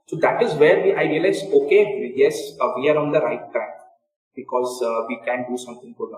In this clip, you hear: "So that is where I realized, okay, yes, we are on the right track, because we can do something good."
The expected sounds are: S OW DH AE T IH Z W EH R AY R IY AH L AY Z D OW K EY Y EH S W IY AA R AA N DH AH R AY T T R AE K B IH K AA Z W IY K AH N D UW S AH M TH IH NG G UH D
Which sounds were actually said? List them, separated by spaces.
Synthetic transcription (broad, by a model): S OW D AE T IH Z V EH R AY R IY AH L AY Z OW K EY Y EH S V IY AA R AA N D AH R AY T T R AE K B IH K AA Z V IY K AH N D UW S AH M T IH NG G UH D